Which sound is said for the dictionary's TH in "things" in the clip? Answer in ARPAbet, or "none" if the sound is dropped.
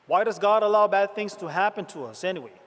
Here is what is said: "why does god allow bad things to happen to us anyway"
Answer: TH